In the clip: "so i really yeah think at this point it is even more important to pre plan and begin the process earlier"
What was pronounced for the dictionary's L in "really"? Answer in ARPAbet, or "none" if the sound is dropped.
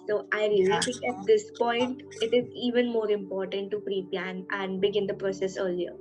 none